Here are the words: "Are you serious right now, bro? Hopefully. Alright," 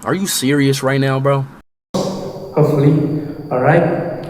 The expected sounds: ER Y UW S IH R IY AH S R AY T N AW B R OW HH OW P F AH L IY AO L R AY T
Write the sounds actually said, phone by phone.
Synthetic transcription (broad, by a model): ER Y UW S IH R IY AH S R AY T N AW B R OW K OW F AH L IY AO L R AY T